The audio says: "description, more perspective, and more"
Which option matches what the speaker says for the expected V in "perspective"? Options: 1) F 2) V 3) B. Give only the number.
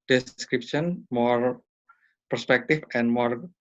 1